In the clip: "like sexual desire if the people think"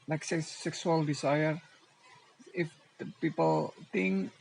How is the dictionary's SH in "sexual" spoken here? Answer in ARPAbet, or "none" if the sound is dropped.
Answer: S